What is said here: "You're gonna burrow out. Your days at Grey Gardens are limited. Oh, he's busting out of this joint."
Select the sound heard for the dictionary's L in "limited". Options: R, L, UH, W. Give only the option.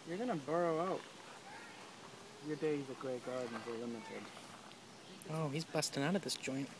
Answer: L